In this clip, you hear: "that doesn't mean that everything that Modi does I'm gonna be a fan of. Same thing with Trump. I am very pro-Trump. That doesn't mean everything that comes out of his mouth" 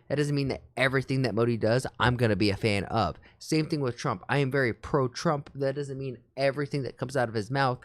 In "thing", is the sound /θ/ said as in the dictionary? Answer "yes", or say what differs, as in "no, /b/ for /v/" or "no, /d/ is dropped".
yes